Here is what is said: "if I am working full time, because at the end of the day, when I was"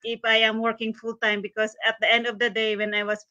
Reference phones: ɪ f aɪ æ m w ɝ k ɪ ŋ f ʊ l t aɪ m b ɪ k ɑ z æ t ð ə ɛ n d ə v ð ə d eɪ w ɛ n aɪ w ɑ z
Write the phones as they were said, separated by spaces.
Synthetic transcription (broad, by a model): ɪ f aɪ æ m w ɝ k ɪ ŋ f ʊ l t aɪ m b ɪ k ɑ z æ t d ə ɛ n d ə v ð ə d eɪ w ɛ n aɪ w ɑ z